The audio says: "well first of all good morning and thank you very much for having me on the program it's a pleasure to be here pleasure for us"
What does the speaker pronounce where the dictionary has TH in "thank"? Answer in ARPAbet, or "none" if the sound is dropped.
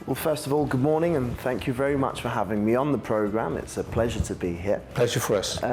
TH